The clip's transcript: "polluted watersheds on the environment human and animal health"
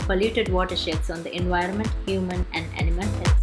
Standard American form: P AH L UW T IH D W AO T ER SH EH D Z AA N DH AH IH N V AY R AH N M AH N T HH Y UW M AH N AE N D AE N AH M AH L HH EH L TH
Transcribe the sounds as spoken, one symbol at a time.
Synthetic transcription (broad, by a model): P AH L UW T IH D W AO T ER SH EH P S AA N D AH IH N V AY R AH N M AH N T HH Y UW M AH N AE N D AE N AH M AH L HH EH